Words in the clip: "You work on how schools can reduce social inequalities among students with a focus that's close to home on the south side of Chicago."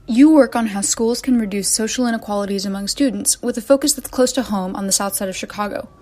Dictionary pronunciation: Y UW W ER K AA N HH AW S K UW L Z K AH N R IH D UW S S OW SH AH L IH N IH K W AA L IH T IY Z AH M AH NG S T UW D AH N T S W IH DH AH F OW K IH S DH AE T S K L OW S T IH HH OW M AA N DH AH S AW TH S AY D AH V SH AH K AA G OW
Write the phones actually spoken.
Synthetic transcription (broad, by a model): Y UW W ER K N HH AW S K UW L Z K AH N R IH D UW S S OW SH L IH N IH K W AA L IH T IY Z AH M AH NG S T UW D N T S W IH DH AH F OW K IH S DH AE T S K L OW S T IH HH OW M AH N DH AH S AW TH S AY D AH V SH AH K AA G OW